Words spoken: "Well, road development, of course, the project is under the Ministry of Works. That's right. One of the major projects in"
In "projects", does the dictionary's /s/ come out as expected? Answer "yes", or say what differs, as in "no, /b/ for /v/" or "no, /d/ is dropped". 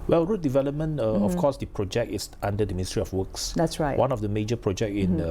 no, /s/ is dropped